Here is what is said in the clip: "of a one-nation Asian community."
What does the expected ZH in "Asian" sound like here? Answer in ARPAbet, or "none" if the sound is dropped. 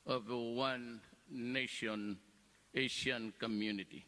SH